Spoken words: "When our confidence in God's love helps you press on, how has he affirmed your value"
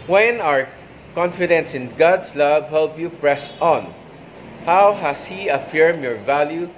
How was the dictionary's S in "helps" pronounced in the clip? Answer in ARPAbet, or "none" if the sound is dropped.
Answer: none